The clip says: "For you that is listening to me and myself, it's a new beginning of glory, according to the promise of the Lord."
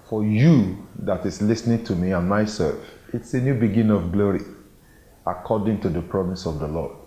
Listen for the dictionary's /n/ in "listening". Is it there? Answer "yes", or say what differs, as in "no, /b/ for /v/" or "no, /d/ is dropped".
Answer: yes